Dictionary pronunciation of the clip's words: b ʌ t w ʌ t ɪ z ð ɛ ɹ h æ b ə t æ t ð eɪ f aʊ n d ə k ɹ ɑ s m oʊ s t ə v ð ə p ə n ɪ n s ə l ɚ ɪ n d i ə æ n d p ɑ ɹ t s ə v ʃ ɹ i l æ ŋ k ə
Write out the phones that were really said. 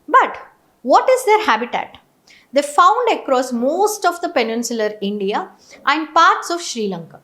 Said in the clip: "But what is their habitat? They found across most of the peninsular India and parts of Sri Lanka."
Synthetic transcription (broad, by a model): b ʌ t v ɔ t ɪ z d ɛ ɹ h æ b ə t æ t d eɪ f aʊ n d ə k ɹ ɑ s m oʊ s t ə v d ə p ə n ɪ n s ə l ɚ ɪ n d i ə æ n d p ɑ ɹ t s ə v ʃ ɹ i l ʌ ŋ k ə